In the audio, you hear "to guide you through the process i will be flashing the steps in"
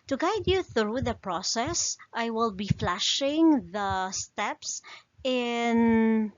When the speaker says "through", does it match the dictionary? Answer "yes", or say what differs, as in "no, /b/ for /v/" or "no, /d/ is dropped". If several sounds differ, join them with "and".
yes